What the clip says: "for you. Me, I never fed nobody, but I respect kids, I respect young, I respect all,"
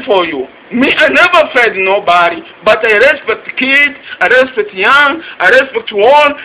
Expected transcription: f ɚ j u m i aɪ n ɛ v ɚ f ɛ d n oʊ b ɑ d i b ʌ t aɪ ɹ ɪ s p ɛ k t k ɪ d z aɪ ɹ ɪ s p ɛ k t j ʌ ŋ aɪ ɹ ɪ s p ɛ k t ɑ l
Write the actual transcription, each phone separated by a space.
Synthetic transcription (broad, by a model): f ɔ j u m i aɪ n ɛ v ɚ f ɛ d n oʊ b ɑ d i b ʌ t aɪ ɹ ɪ s p ɛ k t k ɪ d aɪ ɹ ɪ s p ɛ k t j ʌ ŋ aɪ ɹ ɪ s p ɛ k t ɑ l